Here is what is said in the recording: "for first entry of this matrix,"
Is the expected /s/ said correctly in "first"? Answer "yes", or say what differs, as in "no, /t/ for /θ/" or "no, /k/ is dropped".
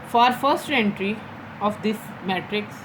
yes